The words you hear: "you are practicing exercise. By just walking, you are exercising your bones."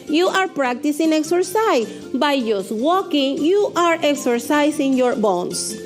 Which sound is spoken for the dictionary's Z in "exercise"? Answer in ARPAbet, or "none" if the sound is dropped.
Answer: none